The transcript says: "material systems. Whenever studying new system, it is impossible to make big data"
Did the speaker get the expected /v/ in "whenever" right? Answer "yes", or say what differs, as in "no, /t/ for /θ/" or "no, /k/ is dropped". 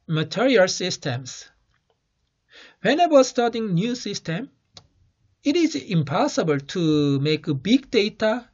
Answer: no, /w/ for /v/